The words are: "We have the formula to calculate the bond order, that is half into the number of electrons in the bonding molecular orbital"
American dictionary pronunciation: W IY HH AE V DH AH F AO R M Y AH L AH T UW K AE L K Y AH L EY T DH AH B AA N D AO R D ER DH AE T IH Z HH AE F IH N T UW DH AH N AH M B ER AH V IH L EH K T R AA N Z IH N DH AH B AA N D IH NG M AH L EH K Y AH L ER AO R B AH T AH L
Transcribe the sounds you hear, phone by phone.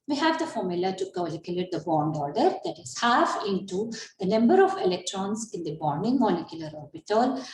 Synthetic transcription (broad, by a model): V IY HH AE V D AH F AO R M Y AH L AH T UW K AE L K Y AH L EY T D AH B AA N D AO R D ER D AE T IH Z HH AE F IH N T UW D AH N AH M B ER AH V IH L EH K T R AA N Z IH N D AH B AA N D IH NG M AH L EH K Y AH L ER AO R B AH T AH L